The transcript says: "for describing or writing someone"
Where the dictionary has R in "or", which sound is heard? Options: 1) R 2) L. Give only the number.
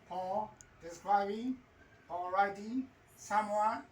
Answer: 2